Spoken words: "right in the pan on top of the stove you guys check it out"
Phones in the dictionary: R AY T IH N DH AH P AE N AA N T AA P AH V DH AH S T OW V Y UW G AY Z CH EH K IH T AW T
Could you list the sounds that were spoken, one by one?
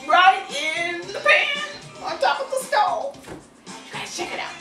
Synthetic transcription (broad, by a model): R AY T IH N DH AH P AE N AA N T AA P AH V DH AH S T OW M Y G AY CH EH K IH T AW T